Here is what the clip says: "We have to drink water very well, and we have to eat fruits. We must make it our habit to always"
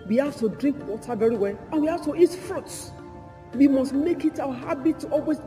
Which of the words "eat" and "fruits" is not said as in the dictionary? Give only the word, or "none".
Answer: fruits